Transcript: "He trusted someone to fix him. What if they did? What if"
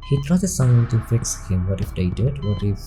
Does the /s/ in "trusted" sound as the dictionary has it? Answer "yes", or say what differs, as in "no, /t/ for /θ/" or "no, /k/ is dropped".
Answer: no, /s/ is dropped